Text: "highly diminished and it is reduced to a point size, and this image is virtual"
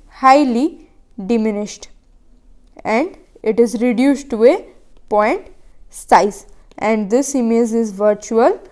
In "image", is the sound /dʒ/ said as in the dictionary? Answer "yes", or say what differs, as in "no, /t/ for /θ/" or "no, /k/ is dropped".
no, /z/ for /dʒ/